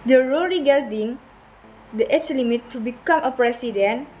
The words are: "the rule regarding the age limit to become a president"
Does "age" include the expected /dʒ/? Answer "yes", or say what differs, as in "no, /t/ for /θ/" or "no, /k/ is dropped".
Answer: no, /tʃ/ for /dʒ/